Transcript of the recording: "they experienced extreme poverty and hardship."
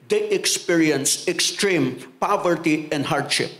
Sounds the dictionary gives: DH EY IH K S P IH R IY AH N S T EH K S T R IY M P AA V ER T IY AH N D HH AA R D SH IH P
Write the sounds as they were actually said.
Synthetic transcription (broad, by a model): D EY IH K S P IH R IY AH N S EH K S T R IY M P AA V ER T IY AH N D HH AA R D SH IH P